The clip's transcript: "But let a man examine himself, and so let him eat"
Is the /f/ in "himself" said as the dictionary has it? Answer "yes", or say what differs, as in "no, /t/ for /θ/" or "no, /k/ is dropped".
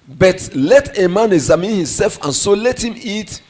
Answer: yes